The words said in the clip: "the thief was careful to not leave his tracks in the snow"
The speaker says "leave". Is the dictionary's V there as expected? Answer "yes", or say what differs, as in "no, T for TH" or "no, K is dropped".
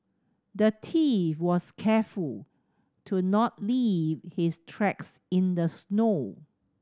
yes